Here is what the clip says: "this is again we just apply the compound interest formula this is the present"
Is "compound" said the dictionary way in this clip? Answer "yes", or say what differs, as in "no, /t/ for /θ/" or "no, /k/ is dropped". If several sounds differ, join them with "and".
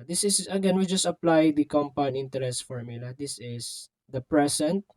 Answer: no, /d/ is dropped